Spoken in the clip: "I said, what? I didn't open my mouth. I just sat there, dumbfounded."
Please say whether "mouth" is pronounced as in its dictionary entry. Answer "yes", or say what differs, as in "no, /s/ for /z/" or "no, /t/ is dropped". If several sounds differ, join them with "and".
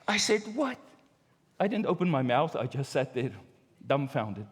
yes